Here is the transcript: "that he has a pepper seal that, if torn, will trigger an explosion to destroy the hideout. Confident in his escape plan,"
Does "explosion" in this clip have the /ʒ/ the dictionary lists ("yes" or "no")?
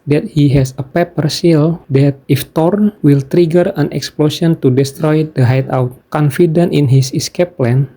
no